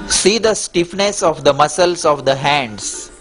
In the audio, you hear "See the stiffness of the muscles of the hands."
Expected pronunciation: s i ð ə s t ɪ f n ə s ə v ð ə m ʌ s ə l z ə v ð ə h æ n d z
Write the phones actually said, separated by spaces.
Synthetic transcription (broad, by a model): s i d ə s t ɪ f n ə s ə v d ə m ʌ s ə l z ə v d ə h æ n d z